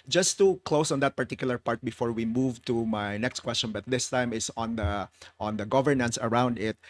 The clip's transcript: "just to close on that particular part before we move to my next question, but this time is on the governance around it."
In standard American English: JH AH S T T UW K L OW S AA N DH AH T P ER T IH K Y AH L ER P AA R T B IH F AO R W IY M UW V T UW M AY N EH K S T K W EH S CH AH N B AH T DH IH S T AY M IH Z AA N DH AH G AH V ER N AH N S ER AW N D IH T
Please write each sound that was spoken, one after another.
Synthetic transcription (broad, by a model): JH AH S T T UW K L OW S AA N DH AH T P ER T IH K Y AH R P AA R T B IH F AO R W IY M UW V T UW M AY N EH K S T K W EH S CH AH N B AH T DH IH S T AY M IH S AA N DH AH G AH V ER N AH N S ER AW N D IH T